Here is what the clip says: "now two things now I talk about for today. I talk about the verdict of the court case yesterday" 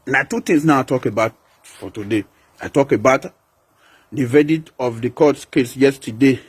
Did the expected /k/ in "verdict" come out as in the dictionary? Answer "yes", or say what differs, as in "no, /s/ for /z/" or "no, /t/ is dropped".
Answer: no, /k/ is dropped